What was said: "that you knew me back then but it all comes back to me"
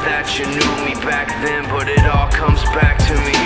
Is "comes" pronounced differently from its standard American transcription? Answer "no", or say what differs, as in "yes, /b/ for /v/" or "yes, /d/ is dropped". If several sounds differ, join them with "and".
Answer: no